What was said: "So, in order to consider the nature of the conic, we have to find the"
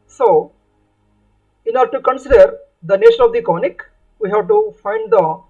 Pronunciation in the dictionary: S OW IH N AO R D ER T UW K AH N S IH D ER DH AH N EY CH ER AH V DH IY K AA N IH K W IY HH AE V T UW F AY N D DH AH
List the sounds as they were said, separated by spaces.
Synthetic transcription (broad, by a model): S OW IH N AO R D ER T UW K AH N S IH D ER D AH N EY SH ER AH V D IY K AA N IH K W IY HH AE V T UW F AY N D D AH